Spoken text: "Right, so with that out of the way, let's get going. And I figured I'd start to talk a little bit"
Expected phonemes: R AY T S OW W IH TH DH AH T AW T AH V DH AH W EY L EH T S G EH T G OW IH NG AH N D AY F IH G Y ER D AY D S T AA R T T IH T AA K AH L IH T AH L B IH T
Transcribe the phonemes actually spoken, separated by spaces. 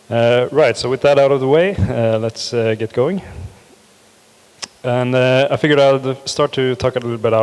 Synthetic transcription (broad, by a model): R AY T S OW W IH DH AH T AW T AH V DH AH W EY L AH T S G EH T G OW IH NG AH N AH AY F IH G Y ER AY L S T AA R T T IH T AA K AH L IH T L B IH T